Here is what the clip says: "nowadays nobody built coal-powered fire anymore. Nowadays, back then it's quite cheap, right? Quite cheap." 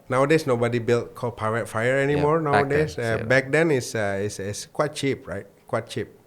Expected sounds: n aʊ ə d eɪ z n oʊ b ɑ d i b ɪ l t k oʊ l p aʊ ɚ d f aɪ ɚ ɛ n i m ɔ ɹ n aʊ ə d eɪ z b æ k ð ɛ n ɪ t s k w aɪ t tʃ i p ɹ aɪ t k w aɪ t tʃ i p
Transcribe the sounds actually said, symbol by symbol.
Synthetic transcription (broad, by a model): n aʊ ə d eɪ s n oʊ b ɑ d i b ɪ l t k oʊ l p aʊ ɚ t f aɪ ɚ ɛ n i m ɔ ɹ n aʊ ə d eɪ s b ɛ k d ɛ n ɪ s s k w aɪ t tʃ i p ɹ aɪ t k w aɪ t tʃ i p